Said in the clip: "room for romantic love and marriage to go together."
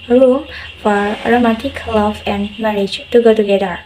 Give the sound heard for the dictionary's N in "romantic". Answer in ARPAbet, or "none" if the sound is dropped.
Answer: none